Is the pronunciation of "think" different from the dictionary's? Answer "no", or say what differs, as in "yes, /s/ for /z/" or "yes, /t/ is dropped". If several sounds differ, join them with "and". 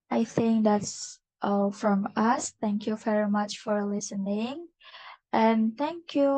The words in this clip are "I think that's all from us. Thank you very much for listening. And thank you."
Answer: no